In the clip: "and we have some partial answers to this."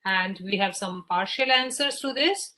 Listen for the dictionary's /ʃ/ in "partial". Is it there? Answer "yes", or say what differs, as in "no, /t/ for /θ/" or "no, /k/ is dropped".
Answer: yes